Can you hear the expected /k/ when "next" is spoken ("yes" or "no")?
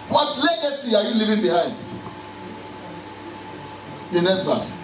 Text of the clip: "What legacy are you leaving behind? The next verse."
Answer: no